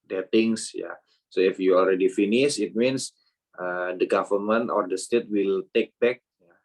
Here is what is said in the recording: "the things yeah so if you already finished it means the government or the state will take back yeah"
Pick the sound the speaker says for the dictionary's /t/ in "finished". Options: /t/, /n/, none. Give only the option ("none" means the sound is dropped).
none